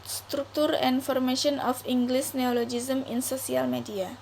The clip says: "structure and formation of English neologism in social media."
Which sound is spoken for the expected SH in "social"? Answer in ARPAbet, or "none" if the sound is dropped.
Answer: S